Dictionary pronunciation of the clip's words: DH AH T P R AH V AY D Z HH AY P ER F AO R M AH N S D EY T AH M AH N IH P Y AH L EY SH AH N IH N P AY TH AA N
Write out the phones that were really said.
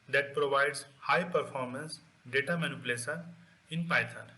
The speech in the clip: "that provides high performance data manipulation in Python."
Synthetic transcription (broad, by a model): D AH T P R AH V AY D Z HH AY P ER F AO R M AH N S D EY T AH M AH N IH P L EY S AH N IH N P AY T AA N